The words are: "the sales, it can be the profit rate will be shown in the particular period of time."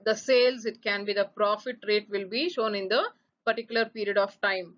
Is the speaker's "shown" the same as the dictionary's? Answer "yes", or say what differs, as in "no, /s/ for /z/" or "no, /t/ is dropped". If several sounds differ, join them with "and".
yes